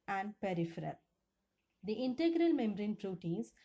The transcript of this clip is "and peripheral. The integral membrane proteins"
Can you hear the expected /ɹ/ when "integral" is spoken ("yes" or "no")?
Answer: yes